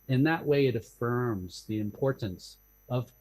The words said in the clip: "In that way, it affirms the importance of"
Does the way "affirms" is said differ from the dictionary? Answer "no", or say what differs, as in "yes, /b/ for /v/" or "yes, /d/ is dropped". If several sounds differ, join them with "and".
no